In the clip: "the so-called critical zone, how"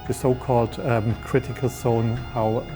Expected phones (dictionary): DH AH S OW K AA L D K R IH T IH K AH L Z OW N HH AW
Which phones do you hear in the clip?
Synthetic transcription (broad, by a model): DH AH S OW K AA L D K R IH T IH K AH L S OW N HH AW